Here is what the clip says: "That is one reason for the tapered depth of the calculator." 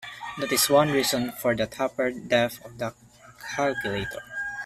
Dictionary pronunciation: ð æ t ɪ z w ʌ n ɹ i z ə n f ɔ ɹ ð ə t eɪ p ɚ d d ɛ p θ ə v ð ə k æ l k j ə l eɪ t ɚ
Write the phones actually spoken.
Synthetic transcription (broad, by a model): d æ t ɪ s w ʌ n ɹ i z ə n f ɔ ɹ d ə t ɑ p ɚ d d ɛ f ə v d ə k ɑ l k j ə l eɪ t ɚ